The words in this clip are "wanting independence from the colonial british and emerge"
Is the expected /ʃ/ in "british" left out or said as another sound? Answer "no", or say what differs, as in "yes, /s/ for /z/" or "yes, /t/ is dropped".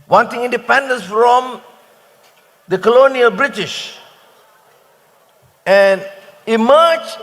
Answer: no